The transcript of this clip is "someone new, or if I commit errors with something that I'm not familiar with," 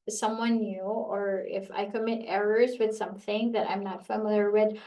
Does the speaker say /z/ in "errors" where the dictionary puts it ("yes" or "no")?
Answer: yes